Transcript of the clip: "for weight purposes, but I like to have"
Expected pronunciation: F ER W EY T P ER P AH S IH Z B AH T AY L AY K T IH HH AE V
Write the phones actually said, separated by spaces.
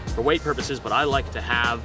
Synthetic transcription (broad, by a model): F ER W EY T P ER P AH S IH Z B AH T AY L AY K T IH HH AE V